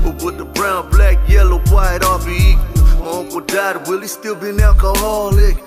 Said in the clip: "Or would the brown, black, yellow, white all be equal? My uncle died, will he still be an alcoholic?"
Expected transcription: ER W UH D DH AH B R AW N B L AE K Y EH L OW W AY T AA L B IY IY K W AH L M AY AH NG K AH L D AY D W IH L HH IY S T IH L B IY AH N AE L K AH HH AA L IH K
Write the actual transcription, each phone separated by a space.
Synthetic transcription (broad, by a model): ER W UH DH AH B R AW N B L AE K Y EH L OW W AY T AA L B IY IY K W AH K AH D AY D W IH L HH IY S T IH L B IY N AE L K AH HH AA L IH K